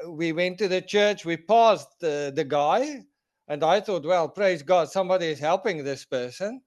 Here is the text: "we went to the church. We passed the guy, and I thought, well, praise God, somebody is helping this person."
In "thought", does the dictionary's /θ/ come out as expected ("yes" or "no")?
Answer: yes